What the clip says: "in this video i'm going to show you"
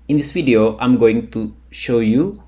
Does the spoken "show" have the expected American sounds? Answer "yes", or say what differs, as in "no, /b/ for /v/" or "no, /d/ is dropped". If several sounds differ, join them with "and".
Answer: yes